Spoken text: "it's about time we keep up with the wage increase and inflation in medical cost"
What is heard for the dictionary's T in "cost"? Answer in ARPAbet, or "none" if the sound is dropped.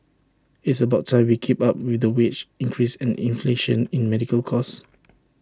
none